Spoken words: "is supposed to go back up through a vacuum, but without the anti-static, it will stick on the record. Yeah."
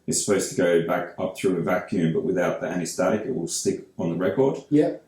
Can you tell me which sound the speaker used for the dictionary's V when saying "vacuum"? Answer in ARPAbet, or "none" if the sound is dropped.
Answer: V